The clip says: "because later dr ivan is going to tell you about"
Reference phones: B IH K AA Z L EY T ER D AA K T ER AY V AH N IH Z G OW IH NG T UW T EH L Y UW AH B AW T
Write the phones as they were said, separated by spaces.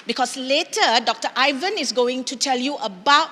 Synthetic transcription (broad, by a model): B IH K AA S L EY T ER D AA K T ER AY V AH N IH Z G OW IH NG T UW T EH L Y UW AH B AW T